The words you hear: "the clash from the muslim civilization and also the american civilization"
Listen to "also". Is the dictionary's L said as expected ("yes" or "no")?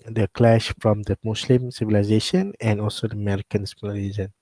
yes